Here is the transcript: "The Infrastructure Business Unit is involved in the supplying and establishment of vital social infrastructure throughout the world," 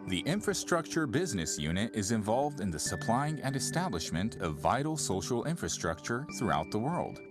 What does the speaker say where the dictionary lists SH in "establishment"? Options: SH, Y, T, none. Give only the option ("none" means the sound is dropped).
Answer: SH